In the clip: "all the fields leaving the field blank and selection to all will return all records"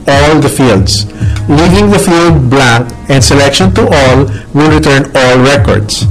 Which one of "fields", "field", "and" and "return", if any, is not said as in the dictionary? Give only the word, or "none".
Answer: fields